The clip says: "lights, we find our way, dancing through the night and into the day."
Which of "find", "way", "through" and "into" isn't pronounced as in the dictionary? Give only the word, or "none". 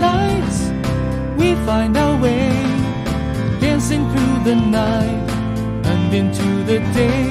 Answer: none